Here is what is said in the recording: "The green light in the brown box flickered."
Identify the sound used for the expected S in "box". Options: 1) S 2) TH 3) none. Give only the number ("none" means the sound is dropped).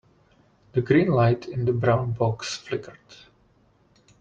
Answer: 1